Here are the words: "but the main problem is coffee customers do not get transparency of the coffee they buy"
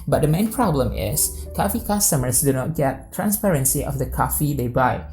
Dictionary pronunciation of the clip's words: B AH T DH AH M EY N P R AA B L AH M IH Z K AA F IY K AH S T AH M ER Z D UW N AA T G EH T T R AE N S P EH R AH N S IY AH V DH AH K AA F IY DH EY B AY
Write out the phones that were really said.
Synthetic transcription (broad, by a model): B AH T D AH M EY N P R AA B L AH M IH S K AA F IY K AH S T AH M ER S D UW N AA T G EH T T R AE N S P EH R AH N S IY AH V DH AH K AA F IY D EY B AY